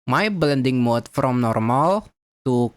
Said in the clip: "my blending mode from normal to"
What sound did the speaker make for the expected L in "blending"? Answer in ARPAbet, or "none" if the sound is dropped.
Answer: L